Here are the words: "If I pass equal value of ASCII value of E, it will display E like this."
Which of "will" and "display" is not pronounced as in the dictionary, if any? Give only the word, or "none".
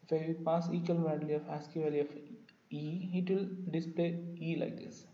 none